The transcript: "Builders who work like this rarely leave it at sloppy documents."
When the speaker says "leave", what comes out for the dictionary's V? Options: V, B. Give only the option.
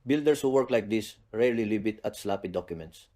B